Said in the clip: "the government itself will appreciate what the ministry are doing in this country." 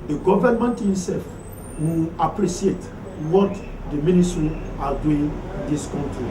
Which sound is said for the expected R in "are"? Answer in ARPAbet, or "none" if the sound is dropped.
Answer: L